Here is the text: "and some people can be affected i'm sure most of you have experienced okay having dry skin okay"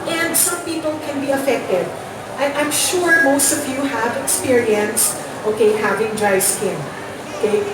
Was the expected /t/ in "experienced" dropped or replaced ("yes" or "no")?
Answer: no